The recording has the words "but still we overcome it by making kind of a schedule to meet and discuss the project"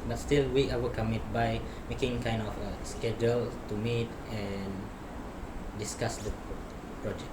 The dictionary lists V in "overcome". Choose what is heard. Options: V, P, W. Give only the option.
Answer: W